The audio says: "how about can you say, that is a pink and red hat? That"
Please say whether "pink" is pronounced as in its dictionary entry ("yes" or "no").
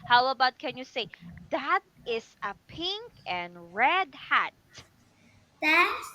yes